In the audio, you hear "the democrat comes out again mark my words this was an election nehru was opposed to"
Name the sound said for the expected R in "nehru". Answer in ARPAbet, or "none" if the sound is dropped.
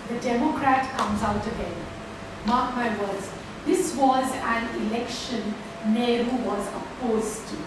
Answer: R